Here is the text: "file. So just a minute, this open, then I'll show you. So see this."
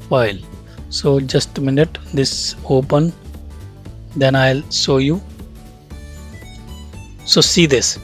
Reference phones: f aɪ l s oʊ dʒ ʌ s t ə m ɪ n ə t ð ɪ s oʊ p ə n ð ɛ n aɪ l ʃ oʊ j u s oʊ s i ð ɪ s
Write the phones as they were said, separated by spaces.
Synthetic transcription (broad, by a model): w aɪ l s oʊ dʒ ʌ s t m ɪ n ə t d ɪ s oʊ p ə n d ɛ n aɪ l s oʊ j u s oʊ s i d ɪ s